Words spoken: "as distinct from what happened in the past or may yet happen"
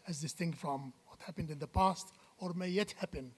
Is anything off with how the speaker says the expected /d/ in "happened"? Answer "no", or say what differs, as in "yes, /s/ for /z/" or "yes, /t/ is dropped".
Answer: no